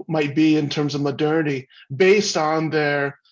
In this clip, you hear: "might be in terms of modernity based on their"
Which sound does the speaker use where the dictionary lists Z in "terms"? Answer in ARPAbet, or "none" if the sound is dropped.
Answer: Z